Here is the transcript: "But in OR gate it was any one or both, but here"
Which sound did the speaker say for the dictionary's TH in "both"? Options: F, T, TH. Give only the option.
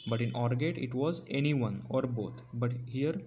T